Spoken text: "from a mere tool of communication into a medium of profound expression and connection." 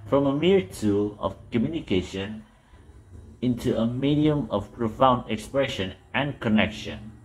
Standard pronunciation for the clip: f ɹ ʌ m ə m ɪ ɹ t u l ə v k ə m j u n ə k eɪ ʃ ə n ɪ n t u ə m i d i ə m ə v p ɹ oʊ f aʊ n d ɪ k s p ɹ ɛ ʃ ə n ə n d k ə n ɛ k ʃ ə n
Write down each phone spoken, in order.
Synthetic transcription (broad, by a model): f ɹ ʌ m ə m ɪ ɹ t u l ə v k ə m j u n ə k eɪ ʃ ə n ɪ n t u ə m i d i ə m ə v p ɹ oʊ f aʊ n d ɪ k s p ɹ ɛ ʃ ə n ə n k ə n ɛ k ʃ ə n